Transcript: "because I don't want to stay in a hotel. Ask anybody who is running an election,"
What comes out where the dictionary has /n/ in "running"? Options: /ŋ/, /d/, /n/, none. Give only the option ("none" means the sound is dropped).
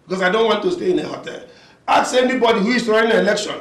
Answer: none